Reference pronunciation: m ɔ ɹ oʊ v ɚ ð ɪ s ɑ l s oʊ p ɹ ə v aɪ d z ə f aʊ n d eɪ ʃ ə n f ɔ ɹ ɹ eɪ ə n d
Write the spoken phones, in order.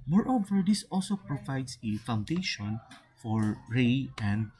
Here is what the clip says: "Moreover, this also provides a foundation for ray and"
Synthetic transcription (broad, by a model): m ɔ ɹ oʊ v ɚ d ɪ s ɑ l s oʊ p ɹ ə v aɪ d s ə f aʊ n d eɪ ʃ ə n f ɔ ɹ ɹ eɪ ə n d